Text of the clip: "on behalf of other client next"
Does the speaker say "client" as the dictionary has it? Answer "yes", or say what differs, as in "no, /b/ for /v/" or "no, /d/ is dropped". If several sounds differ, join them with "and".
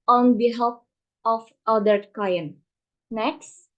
no, /l/ is dropped